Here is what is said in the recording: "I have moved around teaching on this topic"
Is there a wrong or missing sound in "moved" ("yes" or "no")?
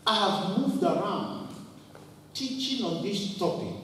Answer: no